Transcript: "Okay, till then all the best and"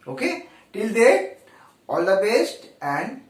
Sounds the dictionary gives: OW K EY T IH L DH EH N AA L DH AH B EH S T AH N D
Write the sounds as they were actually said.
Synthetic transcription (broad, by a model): OW K EY T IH L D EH AA L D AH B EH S T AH N D